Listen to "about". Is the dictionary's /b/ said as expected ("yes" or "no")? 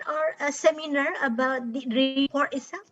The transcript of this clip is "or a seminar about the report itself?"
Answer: yes